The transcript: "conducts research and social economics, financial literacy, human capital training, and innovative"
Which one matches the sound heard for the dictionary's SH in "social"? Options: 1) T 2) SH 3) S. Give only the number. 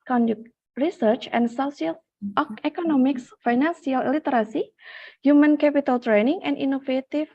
3